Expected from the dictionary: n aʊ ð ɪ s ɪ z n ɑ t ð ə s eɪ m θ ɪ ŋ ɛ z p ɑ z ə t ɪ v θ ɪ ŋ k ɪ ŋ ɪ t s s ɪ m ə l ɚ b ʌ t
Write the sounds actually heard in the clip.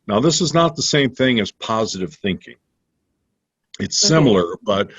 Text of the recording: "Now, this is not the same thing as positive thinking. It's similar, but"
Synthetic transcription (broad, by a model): n aʊ ð ɪ s ɪ z n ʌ t ð ə s eɪ m θ ɪ ŋ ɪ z p ɑ z ə t ɪ v θ ɪ ŋ k ɪ ŋ ɪ t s s ɪ m l ɚ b ʌ t